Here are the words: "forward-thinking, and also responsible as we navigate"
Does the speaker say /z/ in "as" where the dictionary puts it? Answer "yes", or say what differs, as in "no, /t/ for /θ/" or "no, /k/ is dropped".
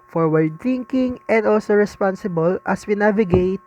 no, /s/ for /z/